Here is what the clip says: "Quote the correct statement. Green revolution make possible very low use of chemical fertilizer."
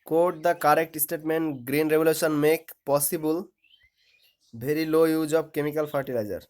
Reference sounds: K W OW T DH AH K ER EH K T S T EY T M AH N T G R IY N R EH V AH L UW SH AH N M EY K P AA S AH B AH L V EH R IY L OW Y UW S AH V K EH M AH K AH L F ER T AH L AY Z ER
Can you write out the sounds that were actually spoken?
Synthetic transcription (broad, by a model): K OW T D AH K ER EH K T S T EY T M AH N T G R IY N R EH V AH L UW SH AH N M EY K P AA S AH B AH L B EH R IY L OW Y UW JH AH B K EH M AH K AH L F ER T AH L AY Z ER